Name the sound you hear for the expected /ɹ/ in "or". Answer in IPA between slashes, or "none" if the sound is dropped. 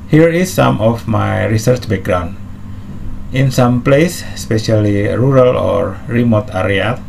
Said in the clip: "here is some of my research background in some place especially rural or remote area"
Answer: /ɹ/